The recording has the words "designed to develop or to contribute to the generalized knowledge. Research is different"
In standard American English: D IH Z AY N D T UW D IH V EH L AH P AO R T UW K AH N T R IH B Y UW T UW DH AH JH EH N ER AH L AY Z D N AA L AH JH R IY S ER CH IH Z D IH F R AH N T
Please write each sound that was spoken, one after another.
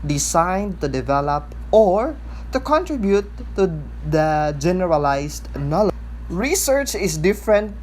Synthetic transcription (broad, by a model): D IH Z AY N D T UW D IH V EH L AH P AO R T UW K AH N T R IH B Y UW T UW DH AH JH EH N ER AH L AY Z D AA N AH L R IY S ER CH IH S D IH F R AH N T